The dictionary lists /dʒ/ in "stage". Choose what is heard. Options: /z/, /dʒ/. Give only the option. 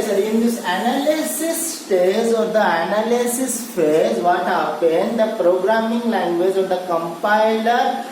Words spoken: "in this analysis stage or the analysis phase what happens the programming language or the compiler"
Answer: /z/